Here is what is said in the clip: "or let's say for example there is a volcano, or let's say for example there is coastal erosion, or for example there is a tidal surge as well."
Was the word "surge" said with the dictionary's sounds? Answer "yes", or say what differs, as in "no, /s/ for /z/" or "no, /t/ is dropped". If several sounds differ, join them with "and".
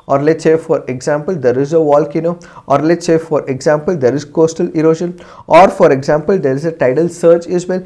no, /tʃ/ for /dʒ/